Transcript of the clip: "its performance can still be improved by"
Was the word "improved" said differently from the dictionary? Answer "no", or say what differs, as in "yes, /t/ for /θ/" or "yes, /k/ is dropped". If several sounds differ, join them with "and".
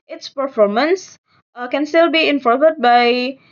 yes, /v/ is dropped